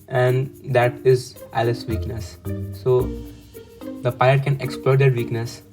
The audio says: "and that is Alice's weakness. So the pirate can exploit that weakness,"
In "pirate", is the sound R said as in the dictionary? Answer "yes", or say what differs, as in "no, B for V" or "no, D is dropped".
no, R is dropped